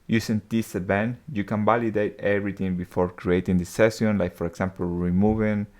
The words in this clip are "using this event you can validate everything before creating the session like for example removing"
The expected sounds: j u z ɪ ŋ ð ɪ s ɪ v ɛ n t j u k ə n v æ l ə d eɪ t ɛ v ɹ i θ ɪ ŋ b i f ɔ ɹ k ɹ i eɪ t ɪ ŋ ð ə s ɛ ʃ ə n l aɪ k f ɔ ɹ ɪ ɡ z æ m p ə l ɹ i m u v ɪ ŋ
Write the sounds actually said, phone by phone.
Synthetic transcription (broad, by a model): j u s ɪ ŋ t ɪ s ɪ b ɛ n j u k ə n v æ l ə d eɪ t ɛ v ɹ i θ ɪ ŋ b i f ɔ ɹ k ɹ i eɪ t ɪ ŋ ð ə s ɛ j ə n l aɪ k f ɔ ɹ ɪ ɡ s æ m p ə l ɹ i m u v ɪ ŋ